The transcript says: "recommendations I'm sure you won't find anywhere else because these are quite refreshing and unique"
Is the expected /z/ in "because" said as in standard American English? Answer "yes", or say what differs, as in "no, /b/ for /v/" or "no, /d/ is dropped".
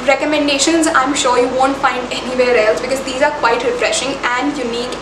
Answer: yes